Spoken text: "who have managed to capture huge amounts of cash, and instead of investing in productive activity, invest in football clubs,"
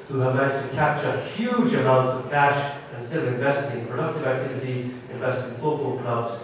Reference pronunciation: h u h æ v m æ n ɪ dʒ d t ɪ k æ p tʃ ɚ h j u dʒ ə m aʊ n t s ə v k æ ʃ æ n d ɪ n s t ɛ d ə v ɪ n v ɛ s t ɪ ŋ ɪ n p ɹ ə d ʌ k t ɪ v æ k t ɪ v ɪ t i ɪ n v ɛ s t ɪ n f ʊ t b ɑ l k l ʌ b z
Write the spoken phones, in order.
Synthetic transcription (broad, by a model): h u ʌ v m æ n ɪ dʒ t ɪ k æ p tʃ ɚ h j u dʒ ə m aʊ n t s ə v k æ ʃ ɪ n s t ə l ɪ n v ɛ s t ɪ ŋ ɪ p ɹ ə d ʌ k t ɪ v æ k t ɪ v ɪ t i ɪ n v ɛ s t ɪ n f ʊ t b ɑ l k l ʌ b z